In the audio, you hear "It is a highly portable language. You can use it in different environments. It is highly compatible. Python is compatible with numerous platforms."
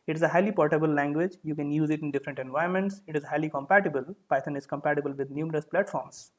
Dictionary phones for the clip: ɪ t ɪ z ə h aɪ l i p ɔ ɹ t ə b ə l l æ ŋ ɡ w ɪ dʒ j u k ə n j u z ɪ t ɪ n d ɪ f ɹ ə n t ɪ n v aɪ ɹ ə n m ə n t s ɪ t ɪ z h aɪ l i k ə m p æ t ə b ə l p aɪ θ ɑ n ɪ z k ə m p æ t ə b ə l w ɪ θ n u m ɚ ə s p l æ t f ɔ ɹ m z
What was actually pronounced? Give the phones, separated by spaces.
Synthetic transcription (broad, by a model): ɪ t ɪ z ə h aɪ l i p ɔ ɹ t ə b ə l l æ ŋ ɡ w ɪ dʒ j u k ə n j u z ɪ t ɪ n d ɪ f ɹ ə n t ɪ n v aɪ ə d m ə n t s ɪ t ɪ z h aɪ l i k ə m p æ t ə b ə l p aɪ t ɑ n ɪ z k ə m p æ t ə b ə l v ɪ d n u m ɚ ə s p l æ t f ɔ ɹ m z